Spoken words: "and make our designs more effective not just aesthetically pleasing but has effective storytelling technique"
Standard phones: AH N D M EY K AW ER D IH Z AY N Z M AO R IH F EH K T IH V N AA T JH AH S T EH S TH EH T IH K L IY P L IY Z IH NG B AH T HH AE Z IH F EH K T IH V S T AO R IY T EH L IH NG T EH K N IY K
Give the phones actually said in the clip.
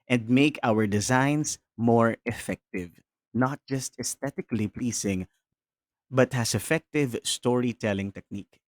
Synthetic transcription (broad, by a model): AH N D M EY K AW ER D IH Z AY N S M AO R IH F EH K T IH V N AA T JH AH S T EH S T EH T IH K L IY P L IY S IH NG B AH T HH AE S IH F EH K T IH V S T AO R IY T EH L IH NG T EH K N IY K